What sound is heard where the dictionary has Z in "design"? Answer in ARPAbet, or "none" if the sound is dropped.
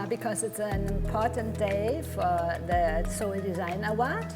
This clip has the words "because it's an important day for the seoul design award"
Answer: Z